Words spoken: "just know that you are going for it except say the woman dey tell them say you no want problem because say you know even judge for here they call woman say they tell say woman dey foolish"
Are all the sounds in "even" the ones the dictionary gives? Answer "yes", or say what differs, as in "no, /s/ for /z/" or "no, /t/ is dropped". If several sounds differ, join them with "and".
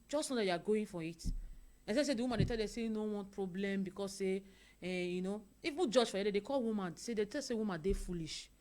no, /w/ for /v/